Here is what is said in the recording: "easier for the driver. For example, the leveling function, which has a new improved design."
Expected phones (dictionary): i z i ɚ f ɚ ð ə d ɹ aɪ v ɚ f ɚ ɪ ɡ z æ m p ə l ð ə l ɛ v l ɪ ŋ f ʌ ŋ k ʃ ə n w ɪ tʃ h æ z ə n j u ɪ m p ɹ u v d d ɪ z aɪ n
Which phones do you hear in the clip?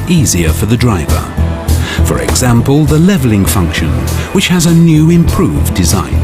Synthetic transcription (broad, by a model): i z i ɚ f ɚ ð ə d ɹ aɪ v ɚ f ɚ ɪ ɡ z æ m p ə l ð ə l ɛ v l ɪ ŋ f ʌ ŋ k ʃ ə n w ɪ tʃ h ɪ z ə n j u ɪ m p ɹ u v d d ɪ z aɪ n